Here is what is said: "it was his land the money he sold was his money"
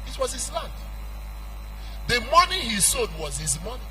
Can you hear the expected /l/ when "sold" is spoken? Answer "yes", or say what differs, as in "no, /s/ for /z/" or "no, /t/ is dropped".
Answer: no, /l/ is dropped